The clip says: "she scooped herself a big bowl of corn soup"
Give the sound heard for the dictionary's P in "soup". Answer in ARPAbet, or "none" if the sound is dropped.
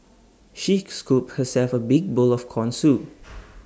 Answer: none